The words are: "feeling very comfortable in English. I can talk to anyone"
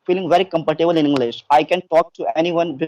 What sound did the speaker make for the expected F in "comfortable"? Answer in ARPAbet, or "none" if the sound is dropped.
P